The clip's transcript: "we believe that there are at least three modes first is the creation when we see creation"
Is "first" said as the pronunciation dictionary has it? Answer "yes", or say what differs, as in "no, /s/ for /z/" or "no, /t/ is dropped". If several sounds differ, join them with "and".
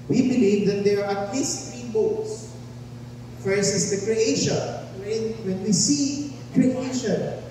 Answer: no, /t/ is dropped